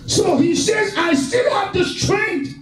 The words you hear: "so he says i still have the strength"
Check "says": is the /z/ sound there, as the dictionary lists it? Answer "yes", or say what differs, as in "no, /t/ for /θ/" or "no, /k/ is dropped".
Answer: yes